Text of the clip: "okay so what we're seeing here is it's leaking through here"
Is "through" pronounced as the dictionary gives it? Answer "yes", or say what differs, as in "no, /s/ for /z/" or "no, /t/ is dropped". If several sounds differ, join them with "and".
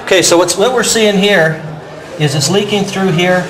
yes